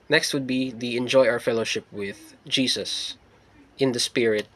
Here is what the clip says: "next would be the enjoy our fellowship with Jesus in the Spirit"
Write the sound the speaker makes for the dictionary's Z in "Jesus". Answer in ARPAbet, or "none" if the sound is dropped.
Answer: S